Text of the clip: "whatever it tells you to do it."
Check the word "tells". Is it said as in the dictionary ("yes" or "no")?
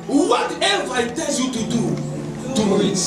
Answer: no